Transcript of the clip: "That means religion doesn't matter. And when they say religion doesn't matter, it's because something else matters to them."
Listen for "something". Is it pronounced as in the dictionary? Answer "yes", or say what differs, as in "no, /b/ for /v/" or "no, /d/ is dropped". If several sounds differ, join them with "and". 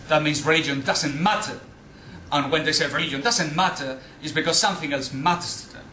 yes